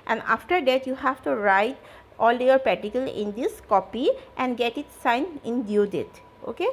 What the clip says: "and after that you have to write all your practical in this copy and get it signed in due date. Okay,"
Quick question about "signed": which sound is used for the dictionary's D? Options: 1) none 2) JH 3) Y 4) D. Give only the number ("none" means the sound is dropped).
1